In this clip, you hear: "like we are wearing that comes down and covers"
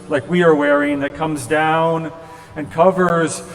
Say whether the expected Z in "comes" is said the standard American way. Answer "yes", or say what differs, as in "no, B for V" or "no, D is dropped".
yes